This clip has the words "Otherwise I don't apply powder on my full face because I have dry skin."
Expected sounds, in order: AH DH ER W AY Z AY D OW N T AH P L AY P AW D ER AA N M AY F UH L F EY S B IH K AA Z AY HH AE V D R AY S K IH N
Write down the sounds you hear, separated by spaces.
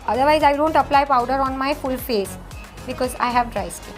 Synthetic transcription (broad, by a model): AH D ER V AY Z AY D OW N T AH P L AY P AW D ER AA N M AY F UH L F EY S B IH K AA Z AY HH AE V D R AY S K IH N